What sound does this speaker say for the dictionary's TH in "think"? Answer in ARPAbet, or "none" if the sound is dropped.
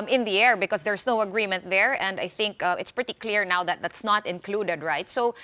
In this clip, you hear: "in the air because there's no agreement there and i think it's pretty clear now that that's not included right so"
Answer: TH